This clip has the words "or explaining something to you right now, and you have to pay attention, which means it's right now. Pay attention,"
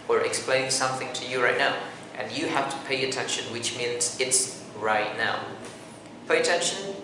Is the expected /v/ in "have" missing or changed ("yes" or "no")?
yes